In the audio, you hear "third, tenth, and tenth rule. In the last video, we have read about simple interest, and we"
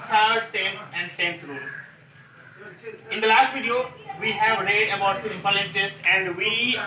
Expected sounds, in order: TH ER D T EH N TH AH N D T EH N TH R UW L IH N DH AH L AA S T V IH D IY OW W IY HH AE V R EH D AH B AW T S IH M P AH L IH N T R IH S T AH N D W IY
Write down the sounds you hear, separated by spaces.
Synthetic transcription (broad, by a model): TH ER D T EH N AH N D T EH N T R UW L IH N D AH L AA S T V IH D IY OW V IY HH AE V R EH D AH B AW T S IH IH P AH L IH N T IH S T AH N D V IY